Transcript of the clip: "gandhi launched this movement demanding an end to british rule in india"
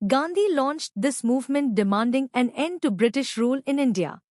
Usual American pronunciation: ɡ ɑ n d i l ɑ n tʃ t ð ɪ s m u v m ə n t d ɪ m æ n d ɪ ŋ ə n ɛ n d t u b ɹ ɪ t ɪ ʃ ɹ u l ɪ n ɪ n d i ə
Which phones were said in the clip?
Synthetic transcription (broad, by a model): ɡ ɑ n d i l ɑ n tʃ t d ɪ s m u v m ə n t d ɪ m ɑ n d ɪ ŋ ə n ɛ n d t u b ɹ ɪ t ɪ ʃ ɹ u l ɪ n ɪ n d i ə